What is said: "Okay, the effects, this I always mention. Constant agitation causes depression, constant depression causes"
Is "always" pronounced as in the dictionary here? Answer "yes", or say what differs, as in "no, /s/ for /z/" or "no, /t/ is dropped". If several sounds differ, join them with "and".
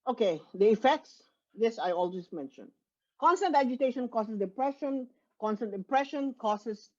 no, /s/ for /z/